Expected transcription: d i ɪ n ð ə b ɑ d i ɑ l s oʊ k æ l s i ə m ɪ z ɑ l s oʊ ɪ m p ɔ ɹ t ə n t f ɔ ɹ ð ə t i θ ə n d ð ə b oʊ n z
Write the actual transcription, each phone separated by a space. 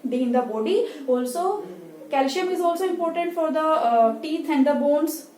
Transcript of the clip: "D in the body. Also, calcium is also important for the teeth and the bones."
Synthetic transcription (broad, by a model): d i ɪ n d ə b ɑ d i ɑ l s oʊ k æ l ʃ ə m ɪ z ɑ l s oʊ ɪ m p ɔ ɹ t ə n t f ɔ ɹ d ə t i t ə n d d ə b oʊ n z